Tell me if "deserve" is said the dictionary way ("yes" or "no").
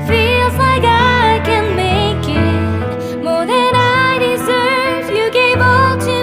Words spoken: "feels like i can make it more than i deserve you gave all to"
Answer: yes